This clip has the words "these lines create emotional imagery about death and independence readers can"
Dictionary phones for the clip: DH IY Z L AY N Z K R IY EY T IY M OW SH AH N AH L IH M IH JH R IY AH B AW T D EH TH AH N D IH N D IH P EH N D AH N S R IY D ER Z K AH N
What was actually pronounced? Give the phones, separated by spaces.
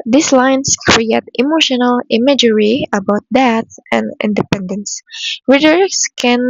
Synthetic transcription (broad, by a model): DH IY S L AY N S K R IY EY T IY M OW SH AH N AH L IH M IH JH R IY AH B AW T D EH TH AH N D IH N D IH P EH N D AH N S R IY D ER S K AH N